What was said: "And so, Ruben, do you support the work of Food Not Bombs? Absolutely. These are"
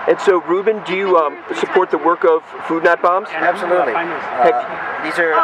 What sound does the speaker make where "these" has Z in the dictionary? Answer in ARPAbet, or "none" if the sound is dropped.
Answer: Z